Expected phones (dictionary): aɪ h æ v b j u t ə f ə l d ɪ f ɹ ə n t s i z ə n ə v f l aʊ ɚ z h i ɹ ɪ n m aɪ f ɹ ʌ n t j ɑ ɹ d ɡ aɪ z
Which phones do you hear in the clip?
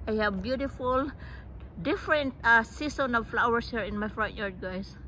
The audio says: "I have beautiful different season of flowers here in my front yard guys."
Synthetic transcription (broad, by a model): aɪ h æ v b j u t ə f ə l d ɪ f ɹ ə n t s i s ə n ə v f l aʊ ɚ s h i ɹ ɪ n m aɪ f ɹ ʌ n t j ɑ ɹ d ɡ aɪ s